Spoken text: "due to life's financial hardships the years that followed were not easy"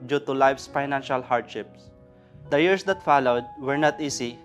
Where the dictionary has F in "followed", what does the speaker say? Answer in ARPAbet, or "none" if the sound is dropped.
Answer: F